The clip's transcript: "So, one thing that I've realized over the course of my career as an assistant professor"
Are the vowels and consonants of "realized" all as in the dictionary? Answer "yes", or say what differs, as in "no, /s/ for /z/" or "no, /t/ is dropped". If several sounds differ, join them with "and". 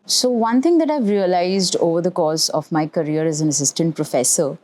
yes